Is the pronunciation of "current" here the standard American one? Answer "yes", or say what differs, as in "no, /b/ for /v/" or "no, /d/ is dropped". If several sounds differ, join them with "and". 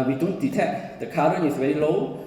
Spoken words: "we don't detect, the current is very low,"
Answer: no, /t/ is dropped